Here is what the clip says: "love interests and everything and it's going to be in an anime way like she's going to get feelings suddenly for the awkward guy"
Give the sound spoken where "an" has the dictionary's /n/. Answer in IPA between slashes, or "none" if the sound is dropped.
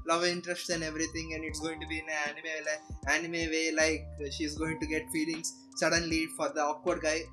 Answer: /l/